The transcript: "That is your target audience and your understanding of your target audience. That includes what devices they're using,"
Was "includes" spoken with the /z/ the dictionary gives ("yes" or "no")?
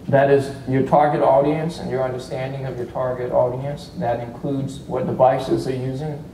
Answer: yes